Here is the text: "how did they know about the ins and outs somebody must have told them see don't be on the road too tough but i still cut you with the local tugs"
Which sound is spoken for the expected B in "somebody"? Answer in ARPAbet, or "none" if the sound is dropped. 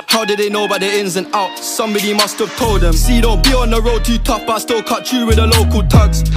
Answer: B